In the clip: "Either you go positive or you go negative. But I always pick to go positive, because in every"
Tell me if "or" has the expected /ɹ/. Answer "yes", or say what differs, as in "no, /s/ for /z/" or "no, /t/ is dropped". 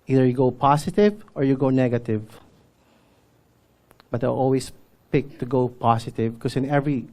yes